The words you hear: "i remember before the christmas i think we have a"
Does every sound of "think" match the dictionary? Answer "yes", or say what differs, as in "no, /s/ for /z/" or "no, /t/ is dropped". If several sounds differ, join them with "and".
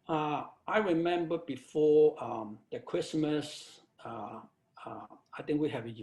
no, /t/ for /θ/